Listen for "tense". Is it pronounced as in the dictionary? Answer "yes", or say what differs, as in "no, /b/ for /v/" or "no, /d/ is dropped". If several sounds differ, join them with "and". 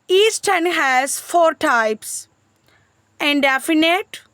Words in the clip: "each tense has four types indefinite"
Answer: no, /s/ is dropped